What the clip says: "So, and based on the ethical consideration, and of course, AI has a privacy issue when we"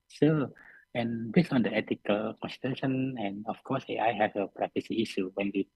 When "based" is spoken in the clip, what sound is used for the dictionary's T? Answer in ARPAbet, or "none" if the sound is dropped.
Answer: none